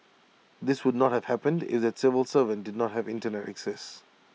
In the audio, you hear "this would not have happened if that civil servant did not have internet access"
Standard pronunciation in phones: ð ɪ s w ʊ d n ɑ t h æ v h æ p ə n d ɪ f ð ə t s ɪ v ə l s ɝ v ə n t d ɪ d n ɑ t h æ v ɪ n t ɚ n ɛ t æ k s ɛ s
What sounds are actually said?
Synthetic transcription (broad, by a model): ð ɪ s w ʊ d n ɑ t h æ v h æ p ə n d ɪ f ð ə t s ɪ v ə l s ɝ v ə n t d ɪ d n ɑ t h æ v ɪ n t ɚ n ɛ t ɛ k s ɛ s